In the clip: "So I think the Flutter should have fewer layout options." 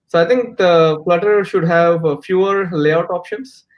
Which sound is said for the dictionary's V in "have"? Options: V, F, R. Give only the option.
V